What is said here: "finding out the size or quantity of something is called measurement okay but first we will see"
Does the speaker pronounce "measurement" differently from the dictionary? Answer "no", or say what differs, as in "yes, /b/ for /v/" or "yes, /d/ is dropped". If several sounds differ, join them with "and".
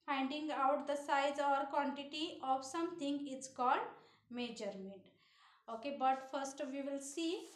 yes, /n/ is dropped